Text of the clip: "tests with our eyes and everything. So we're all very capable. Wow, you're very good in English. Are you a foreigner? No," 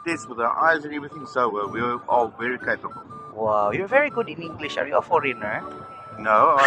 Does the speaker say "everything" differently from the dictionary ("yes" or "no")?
yes